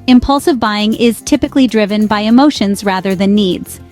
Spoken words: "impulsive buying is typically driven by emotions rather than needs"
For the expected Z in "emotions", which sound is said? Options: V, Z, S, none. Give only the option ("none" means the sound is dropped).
Z